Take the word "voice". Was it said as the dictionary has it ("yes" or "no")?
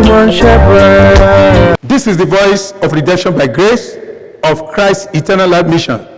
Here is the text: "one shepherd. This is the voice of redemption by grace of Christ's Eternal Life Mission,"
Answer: yes